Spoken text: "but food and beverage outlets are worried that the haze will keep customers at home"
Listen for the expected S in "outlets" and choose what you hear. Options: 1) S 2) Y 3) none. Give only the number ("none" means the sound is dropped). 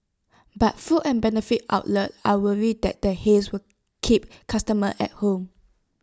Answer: 3